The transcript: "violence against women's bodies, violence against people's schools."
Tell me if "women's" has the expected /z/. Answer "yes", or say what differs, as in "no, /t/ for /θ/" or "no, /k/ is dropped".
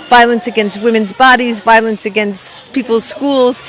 yes